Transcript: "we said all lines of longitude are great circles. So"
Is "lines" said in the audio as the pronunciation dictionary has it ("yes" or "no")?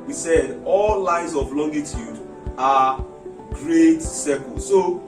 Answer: no